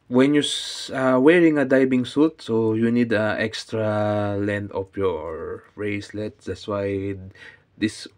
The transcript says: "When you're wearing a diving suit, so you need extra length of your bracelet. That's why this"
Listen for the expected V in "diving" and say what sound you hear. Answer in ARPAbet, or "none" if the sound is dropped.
B